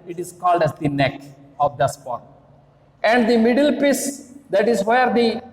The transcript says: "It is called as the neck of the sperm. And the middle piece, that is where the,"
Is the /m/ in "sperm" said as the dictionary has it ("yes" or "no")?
no